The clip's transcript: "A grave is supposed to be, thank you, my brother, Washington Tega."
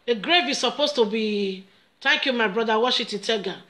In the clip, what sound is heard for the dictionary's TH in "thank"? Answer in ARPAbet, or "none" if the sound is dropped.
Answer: T